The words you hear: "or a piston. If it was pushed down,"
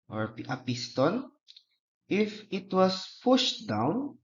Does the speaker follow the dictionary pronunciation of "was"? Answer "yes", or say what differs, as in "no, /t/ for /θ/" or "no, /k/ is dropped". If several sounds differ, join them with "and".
no, /s/ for /z/